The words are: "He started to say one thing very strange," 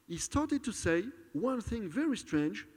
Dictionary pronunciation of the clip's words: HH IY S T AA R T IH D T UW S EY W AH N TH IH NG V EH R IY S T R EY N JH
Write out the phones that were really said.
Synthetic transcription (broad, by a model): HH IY S T AA R T IH D T UW S EY W AH N TH IH NG V EH R IY S T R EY N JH